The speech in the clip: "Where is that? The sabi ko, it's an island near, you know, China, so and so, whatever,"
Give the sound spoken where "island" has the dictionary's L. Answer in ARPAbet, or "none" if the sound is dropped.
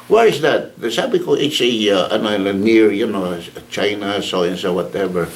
N